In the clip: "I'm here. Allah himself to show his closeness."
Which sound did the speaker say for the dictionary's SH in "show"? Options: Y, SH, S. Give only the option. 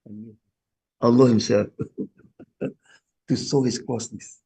S